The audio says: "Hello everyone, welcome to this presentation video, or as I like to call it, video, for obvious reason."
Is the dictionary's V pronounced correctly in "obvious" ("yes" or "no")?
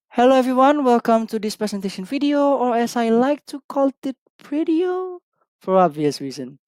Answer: yes